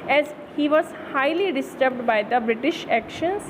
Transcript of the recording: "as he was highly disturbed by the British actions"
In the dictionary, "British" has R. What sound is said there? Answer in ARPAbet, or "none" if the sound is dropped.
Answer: R